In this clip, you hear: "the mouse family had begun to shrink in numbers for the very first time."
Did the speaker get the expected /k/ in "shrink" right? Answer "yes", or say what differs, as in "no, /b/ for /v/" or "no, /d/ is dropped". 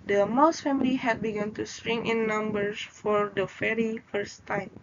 no, /k/ is dropped